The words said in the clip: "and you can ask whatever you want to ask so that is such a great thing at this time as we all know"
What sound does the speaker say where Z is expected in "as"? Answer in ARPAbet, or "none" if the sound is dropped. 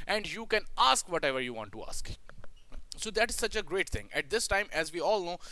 Z